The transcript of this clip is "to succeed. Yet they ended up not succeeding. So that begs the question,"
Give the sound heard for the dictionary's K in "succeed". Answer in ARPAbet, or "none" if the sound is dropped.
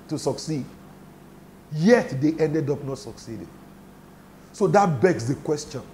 K